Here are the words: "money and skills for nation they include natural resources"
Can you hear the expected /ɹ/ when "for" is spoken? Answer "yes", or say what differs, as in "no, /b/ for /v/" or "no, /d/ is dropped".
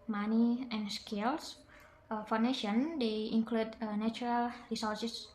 no, /w/ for /ɹ/